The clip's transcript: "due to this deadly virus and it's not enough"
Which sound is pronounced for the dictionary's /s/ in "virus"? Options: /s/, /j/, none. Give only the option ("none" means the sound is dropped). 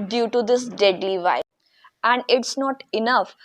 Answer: none